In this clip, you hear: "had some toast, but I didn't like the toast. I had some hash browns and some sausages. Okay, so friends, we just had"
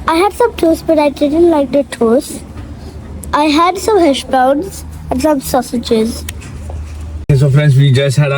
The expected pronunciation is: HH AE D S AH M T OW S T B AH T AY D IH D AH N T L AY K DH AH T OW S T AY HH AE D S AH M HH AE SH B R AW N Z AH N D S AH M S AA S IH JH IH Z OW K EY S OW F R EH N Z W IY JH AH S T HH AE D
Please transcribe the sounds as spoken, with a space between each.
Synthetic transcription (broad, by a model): HH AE D S AH M T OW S B AH T AY D IH D AH N T L AY K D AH T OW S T AY HH AE D S AH M HH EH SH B AW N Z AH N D S AH M S AA S IH JH IH Z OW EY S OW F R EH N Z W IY JH AH S T HH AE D